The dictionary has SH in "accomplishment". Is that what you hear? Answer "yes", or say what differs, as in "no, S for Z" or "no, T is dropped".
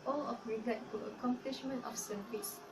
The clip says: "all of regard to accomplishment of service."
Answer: yes